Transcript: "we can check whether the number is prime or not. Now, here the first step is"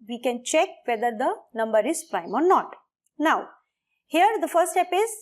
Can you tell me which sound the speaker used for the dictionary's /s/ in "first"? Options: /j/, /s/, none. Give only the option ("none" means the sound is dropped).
none